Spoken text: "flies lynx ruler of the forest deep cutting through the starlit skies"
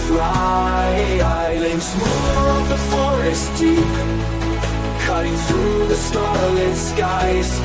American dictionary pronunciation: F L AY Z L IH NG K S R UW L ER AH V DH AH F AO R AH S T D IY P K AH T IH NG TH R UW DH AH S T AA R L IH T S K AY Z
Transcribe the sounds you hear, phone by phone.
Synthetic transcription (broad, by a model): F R AY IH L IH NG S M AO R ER AH V DH AH F AO R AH S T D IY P K AH T IH NG TH R UW DH AH S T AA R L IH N S K AY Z